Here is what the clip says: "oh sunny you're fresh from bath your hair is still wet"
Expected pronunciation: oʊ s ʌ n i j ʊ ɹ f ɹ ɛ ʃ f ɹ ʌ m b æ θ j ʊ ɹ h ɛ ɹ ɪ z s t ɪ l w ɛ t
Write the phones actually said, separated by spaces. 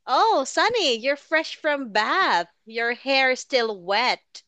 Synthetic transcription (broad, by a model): oʊ s ʌ n i j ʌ ɹ f ɹ ɛ ʃ f ɹ ʌ m b æ θ j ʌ ɹ h ɛ ɹ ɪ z s t ɪ l w ɛ t